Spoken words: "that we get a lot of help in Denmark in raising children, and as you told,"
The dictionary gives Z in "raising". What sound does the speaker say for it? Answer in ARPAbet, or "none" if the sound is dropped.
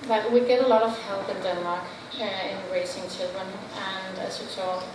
S